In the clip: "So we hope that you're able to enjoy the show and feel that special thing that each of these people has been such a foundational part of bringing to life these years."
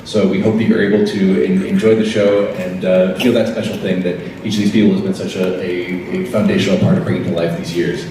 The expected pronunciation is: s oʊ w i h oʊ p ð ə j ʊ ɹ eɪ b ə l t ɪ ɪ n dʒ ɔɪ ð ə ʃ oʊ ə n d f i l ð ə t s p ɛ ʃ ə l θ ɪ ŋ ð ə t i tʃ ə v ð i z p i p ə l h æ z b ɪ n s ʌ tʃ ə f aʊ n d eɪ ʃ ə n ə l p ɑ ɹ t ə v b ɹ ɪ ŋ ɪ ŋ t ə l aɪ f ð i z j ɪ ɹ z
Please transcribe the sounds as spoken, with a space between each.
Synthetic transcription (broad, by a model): s oʊ w i h oʊ p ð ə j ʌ ɹ eɪ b l t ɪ ɪ n dʒ ɔɪ ð ə ʃ oʊ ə n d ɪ ð ə t s p ɛ ʃ l θ ɪ ŋ ð ə t i tʃ ə v ð i z p i p l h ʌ z b ɪ n s ʌ tʃ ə f aʊ n d eɪ ʃ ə n l p ɑ ɹ t ə v b ɹ ɪ ŋ ɪ ŋ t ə l aɪ f ð i z j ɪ ɹ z